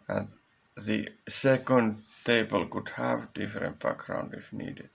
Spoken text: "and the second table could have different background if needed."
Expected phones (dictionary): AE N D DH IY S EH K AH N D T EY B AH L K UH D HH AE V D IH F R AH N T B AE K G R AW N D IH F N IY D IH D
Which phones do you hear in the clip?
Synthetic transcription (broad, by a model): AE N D DH IY S EH K AH N D T EY B AH L K UH D HH AE V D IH F R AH N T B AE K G R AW N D IH F N IY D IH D